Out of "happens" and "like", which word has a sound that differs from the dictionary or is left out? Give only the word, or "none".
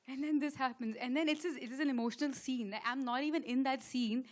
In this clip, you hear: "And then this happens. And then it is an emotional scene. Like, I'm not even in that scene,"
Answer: like